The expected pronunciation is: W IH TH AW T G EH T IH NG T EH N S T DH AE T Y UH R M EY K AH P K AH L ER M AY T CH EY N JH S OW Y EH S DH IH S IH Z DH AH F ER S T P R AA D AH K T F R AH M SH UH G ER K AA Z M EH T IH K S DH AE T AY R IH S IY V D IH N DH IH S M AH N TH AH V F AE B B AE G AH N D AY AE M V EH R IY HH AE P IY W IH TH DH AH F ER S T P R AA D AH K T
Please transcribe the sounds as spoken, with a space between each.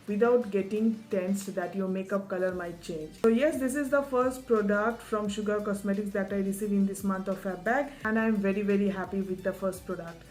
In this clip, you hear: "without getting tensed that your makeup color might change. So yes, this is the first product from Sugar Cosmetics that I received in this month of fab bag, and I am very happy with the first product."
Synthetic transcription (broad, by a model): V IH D AW T G EH T IH NG T EH N S T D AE T Y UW M EY K AH P K AH L ER M AY T CH EY N JH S OW Y EH S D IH S IH Z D AH F ER S T P R AA D AH K T F R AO M SH UH G ER K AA S M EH T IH K S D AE T AY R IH S IY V IH N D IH S M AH N T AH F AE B B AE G AH N D AY M V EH R IY HH AE P IY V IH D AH F ER S T P R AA D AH K T